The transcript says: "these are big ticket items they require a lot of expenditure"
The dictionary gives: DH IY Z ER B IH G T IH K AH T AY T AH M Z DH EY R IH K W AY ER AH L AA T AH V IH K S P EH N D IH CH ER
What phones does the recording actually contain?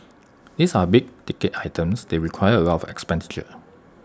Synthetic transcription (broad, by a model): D IY S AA B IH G T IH K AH T AY T AH M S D EY R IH K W AY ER AH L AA AH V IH K S P EH N D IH CH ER